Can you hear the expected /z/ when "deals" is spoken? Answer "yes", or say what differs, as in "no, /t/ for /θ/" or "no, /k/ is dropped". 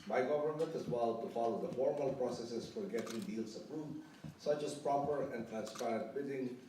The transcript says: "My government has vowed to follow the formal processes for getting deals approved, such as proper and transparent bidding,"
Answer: no, /s/ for /z/